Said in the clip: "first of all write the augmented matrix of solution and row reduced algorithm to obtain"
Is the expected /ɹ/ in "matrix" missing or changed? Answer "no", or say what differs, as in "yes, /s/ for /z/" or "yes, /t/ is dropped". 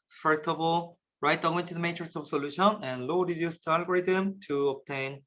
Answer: yes, /ɹ/ is dropped